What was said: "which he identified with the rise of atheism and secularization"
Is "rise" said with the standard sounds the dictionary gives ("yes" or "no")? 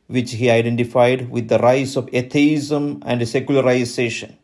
no